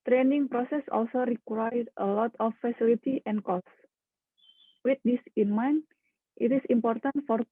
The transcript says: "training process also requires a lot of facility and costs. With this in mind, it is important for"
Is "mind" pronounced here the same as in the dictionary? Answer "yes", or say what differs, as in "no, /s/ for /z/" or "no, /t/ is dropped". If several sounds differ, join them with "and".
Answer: no, /d/ is dropped